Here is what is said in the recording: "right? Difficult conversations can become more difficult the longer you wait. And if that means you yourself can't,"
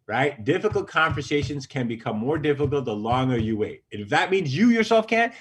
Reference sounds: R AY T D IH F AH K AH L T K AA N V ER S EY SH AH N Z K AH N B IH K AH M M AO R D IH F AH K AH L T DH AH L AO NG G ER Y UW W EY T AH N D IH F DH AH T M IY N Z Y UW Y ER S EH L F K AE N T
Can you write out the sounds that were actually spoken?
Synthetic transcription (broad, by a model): R AY T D IH F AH K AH L T K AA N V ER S EY SH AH N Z K AH N B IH K AH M M AO R D IH F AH K L T DH AH L AO NG G ER Y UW W EY T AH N IH F DH AH T M IY N Z Y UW Y ER S EH L F K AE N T